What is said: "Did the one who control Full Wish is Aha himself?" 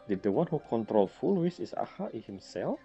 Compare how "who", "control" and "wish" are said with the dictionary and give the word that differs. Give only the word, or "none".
wish